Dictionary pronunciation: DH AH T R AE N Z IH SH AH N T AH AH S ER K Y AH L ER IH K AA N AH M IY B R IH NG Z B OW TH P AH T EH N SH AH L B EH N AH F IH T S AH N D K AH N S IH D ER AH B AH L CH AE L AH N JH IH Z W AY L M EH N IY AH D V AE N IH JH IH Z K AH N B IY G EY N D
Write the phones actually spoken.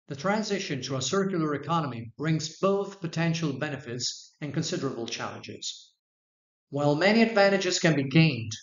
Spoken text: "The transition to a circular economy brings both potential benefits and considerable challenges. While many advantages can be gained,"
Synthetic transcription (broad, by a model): DH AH T R AE N Z IH SH AH N T AH AH S ER K Y L ER IH K AA N AH M IY B R IH NG Z B OW TH P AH T EH N SH L B EH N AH F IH T S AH N K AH N S IH D ER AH B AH L CH AE L AH N JH IH Z W AY L M EH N IY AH D V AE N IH JH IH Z K AH N B IY G EY N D